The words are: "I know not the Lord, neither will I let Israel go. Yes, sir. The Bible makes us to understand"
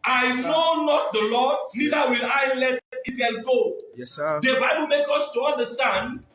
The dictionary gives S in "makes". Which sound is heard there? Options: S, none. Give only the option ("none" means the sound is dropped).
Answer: none